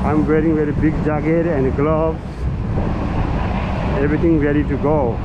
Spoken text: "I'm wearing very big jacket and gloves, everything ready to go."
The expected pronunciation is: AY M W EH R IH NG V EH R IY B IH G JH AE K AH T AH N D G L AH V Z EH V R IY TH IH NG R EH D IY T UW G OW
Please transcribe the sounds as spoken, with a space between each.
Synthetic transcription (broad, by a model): AY M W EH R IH NG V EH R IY B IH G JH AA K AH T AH N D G L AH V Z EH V R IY T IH NG R EH D IY T UW G OW